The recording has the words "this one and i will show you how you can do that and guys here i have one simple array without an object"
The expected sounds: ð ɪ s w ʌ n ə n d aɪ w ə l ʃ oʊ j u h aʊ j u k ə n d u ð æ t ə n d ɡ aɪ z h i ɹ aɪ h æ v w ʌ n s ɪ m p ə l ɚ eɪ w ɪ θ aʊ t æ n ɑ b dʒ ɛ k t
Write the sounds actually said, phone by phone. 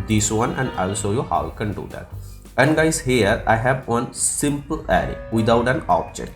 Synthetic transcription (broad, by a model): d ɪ s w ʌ n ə n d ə l s oʊ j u h aʊ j k ə n d u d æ t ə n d ɡ aɪ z h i ɹ aɪ h æ v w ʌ n s ɪ m p ə l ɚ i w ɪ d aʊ t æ n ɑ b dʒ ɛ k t